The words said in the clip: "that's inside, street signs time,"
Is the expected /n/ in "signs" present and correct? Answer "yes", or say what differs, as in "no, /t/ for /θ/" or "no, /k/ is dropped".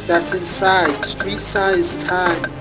no, /n/ is dropped